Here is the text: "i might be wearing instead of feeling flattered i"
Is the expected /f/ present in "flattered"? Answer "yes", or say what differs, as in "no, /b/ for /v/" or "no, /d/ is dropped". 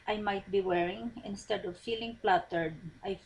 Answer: no, /p/ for /f/